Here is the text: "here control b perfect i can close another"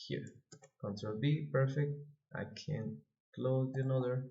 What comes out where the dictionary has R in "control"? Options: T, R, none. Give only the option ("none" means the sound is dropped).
none